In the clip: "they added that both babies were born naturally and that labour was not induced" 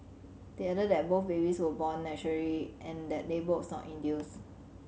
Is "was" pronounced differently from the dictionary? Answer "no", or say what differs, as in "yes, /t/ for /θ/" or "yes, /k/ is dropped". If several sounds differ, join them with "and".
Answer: yes, /s/ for /z/